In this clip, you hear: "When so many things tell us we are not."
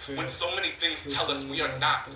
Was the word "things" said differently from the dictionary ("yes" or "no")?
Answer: no